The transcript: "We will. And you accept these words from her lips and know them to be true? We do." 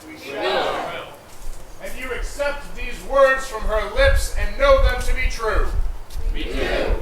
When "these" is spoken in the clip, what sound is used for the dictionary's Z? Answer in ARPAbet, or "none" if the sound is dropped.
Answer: Z